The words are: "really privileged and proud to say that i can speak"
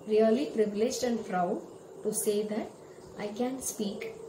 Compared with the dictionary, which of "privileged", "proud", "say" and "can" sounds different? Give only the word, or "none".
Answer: proud